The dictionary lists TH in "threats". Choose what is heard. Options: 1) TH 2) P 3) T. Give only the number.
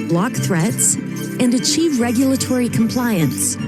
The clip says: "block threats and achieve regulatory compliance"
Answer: 1